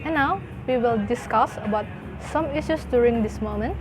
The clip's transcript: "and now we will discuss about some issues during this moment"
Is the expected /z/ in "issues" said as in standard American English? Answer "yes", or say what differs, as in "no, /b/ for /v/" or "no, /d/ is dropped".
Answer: no, /s/ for /z/